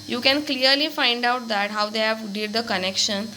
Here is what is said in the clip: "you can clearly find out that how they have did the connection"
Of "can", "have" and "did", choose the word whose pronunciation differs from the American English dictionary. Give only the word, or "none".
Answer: none